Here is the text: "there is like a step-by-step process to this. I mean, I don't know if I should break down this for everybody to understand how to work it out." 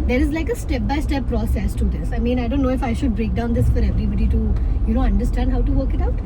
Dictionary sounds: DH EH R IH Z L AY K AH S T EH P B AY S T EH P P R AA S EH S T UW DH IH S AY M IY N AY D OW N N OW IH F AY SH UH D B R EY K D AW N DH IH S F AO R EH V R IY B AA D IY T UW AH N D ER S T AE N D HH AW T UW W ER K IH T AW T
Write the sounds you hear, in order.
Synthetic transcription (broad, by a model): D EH R IH Z L AY K AH S T EH P B AY S T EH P P R AA S EH S T UW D IH S AY M IY N AY D OW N N OW IH F AY SH UH D B R EY K D AW N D IH S F AO R EH V R IY B AA D IY T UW AH N D ER S T AE N D HH AW T UW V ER K IH T AW T